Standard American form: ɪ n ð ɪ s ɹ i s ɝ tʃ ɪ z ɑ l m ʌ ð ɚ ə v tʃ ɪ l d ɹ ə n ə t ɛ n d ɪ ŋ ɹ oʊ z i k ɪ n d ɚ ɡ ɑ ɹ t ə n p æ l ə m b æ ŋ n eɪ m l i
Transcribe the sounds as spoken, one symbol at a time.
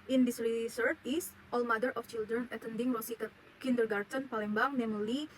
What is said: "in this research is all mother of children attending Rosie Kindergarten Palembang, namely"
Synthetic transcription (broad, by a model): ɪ n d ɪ s ɹ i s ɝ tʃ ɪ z ɑ l m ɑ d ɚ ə f tʃ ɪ l d ɹ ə n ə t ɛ n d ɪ ŋ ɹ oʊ s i k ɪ n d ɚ ɡ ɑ ɹ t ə n p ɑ l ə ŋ b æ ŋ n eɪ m l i